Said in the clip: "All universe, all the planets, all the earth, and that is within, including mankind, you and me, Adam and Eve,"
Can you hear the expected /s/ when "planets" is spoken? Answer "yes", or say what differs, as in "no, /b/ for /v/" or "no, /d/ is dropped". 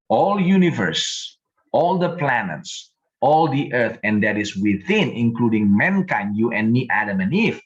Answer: yes